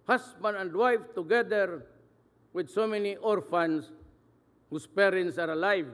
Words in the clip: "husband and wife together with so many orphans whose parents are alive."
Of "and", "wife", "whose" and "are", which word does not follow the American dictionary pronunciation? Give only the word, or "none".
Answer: whose